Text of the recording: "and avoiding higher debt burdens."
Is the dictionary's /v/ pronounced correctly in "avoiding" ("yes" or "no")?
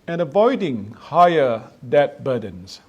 yes